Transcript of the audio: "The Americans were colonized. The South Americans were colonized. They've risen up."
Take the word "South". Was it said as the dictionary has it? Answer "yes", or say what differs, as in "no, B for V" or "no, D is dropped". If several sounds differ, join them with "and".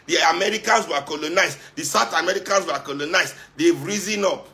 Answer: no, T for TH